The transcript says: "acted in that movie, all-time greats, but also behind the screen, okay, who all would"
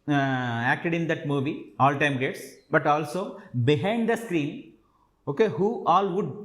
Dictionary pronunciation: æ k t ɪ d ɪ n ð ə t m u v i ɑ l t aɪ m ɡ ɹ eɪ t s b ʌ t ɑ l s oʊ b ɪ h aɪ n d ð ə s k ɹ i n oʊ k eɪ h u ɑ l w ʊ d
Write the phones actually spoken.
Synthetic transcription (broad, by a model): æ k t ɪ d ɪ n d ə t m u v i ɑ l t aɪ m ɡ eɪ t s b ʌ t ɑ l s oʊ b ɪ h aɪ n d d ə s k ɹ i n oʊ k eɪ h u ɑ l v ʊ d